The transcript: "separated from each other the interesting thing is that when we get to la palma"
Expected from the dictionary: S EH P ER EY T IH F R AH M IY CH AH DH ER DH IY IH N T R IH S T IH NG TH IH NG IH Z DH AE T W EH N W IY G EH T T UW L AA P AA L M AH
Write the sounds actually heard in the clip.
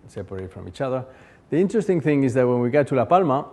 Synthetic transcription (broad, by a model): S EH P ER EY T F R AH M IY CH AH DH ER DH IY IH N T R IH S T IH NG TH IH NG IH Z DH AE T W EH N W IY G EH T T UW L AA P AA L M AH